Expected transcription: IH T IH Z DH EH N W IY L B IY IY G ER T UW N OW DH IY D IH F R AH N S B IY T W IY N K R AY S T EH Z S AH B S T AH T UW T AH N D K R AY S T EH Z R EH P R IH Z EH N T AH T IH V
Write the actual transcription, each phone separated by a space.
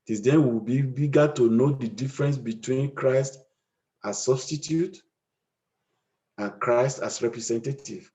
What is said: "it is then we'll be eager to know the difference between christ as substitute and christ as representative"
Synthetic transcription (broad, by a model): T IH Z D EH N W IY W B IY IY G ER T UW N OW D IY D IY F R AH N S B IY T W IY N K R AY S T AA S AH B S T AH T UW T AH N K R AY S T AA S R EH P R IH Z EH N T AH T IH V